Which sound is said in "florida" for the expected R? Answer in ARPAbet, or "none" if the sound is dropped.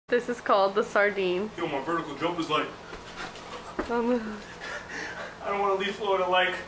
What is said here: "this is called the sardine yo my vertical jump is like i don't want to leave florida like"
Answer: none